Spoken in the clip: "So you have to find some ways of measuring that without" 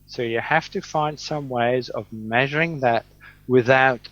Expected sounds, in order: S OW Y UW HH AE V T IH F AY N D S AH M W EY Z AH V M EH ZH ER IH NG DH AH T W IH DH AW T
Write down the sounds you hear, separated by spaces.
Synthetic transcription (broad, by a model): S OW Y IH HH AE F T IH F AY N D S AH M W EY Z AH V M EH ZH ER IH NG DH AH T W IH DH AW T